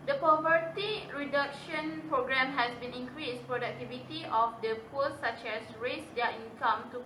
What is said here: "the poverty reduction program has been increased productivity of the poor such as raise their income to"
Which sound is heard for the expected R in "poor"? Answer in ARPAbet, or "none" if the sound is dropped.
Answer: L